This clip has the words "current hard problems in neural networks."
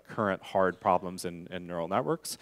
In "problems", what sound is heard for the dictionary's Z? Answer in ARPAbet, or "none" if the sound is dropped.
Z